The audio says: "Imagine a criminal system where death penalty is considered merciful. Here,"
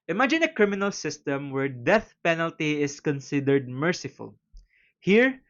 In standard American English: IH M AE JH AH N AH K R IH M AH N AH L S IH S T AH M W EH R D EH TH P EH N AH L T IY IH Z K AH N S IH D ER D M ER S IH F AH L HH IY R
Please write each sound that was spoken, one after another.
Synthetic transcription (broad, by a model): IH M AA JH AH N AH K R IH M AH N AH L S IH S T AH M W EH R D EH TH P EH N AH L T IY IH S K AH N S IH D ER D M ER S IH F AH L HH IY R